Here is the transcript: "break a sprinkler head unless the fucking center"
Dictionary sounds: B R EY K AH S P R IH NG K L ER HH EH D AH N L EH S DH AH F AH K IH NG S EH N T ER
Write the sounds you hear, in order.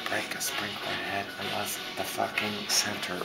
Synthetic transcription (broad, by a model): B R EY K AH S P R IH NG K ER HH EH D AH N L EH S DH AH F AH K IH NG S EH N T ER